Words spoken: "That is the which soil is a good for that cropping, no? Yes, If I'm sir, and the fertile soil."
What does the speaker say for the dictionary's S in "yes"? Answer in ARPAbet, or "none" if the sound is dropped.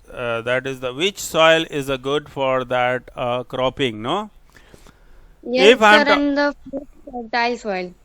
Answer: none